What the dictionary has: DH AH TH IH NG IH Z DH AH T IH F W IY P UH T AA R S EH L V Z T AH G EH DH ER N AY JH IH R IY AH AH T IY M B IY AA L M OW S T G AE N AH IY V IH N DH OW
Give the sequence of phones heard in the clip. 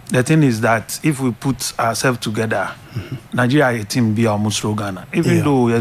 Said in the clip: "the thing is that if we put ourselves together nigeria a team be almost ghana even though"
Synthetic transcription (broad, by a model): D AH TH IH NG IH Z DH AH T IH F W IY P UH T AA W S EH L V T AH G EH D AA N AY JH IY R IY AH AH T IY M B IY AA M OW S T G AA N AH IY V IH N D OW